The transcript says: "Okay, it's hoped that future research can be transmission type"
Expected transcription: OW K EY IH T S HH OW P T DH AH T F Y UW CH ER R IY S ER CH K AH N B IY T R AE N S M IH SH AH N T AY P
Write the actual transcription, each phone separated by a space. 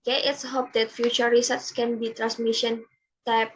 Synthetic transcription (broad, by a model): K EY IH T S HH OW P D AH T F Y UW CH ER R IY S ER S K AH N B IY T R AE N S M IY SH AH N T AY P